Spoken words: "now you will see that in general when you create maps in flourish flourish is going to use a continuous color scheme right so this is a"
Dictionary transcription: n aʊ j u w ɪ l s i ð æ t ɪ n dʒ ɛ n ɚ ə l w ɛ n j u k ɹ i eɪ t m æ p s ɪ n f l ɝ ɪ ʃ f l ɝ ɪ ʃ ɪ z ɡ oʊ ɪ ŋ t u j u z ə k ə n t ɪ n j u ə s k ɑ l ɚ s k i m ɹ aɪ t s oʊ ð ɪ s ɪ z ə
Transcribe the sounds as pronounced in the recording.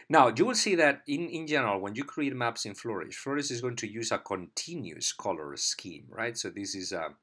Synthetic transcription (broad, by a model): n aʊ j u w ɪ l s i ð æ t ɪ n dʒ ɛ n ɚ ə l w ɛ n j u k ɹ i eɪ t m æ p s ɪ n f l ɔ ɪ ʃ f l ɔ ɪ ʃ ɪ z ɡ oʊ ɪ ŋ t u j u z ə k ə n t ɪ n j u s k ɑ l ɚ s k i m ɹ aɪ t s oʊ ð ɪ s ɪ z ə